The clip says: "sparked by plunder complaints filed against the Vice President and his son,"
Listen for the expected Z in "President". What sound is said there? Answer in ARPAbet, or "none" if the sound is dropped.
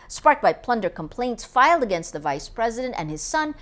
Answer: Z